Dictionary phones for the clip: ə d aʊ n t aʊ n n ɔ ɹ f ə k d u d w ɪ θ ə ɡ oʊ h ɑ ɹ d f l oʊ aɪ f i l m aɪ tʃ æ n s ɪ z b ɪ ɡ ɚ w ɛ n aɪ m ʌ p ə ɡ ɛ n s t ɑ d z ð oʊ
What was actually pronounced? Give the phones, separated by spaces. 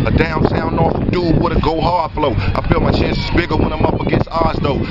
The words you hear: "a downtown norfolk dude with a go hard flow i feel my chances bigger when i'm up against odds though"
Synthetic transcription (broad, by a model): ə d aʊ n s aʊ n n ɔ ɹ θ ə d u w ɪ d ə ɡ oʊ h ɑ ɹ f l oʊ aɪ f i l m aɪ tʃ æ n s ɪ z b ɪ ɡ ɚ w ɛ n aɪ m ʌ p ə ɡ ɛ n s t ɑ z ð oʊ